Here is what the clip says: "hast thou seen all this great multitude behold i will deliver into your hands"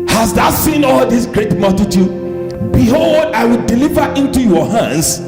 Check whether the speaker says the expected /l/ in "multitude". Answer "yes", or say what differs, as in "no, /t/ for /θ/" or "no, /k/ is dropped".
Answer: yes